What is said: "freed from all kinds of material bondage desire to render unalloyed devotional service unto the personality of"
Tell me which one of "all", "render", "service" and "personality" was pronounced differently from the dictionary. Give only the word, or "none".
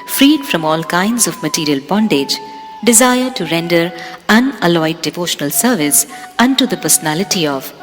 none